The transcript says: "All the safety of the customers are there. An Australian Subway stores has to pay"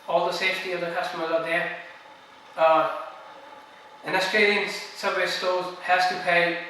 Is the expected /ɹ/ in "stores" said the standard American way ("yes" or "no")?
no